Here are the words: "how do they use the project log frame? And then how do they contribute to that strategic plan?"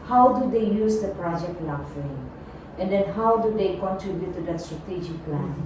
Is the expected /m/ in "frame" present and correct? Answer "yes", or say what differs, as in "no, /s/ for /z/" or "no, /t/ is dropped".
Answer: no, /m/ is dropped